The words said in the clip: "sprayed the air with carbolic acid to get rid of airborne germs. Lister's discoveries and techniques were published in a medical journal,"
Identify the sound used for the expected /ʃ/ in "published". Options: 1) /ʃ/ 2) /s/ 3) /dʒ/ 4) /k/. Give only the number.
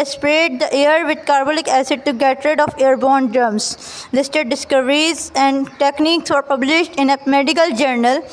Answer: 1